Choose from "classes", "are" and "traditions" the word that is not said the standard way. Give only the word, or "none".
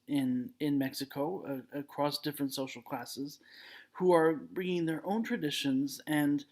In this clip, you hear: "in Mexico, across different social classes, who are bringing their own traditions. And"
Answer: none